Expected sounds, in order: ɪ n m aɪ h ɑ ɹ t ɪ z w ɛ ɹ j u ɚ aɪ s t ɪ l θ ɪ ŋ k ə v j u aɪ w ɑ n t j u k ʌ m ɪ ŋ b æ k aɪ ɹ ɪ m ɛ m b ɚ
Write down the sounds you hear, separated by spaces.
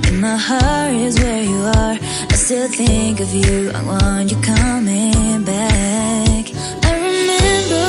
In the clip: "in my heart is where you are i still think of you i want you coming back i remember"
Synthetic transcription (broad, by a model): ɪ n m aɪ h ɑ ɹ ɪ z w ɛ ɹ j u ɚ aɪ s t ɪ l θ ɪ ŋ k ə v j u aɪ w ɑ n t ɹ k ʌ m ɪ ŋ b æ k aɪ ɹ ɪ m ɛ m b ɚ